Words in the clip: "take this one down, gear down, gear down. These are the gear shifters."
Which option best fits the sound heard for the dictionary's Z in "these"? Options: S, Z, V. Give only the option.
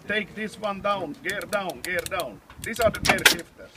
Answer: S